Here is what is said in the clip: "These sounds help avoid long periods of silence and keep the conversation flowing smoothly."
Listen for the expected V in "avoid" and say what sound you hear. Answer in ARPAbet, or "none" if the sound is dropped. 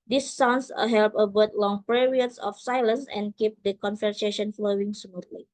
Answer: B